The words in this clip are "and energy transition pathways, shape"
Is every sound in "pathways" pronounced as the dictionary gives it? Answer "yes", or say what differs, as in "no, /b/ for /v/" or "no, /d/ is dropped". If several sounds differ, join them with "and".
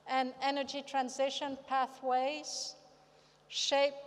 yes